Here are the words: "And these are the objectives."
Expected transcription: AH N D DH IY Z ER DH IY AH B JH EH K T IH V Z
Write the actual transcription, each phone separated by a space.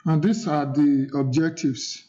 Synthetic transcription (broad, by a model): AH N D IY S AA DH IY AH B JH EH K T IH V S